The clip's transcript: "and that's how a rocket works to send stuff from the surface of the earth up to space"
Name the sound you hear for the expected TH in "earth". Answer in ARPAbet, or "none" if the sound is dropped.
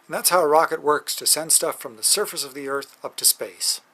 TH